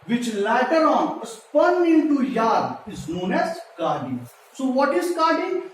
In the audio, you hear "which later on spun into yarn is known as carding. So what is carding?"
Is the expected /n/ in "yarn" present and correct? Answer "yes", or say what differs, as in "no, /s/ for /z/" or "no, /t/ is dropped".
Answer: no, /n/ is dropped